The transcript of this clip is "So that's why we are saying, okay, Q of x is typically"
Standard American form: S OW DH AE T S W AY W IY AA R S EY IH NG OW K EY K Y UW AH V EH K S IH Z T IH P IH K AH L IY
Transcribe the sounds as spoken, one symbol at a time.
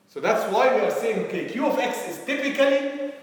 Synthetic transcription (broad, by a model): S OW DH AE T S W AY W IY AA R S EY IH NG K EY K Y UW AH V EH K S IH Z T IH P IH K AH L IY